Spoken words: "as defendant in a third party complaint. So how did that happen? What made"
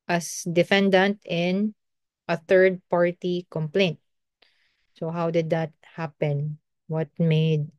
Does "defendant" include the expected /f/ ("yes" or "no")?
yes